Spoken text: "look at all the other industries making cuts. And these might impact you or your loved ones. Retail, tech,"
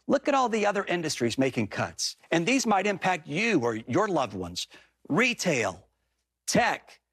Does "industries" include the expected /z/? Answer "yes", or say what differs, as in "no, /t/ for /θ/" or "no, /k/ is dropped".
yes